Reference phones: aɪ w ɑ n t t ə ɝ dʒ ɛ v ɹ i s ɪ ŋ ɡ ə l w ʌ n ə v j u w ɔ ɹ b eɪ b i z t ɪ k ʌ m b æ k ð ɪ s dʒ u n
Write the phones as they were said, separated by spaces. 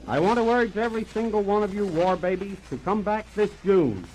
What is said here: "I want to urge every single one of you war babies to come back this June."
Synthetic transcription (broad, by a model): aɪ w ɑ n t t ə ɝ dʒ ɛ v ɹ i s ɪ ŋ ɡ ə l w ʌ n ə v j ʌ w ɔ ɹ b eɪ b i z t ɪ k ʌ m b æ k ð ɪ s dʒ u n